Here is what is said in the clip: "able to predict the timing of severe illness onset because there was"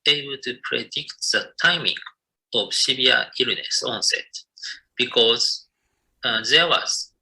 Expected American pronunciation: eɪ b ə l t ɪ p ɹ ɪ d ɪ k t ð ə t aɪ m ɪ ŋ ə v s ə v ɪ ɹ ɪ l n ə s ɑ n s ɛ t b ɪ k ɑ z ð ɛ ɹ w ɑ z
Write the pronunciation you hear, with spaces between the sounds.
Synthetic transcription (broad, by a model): eɪ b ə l t ɪ p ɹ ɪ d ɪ k t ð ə t aɪ m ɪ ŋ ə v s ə b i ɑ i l n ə s ɑ n s ɛ t b ɪ k ɑ z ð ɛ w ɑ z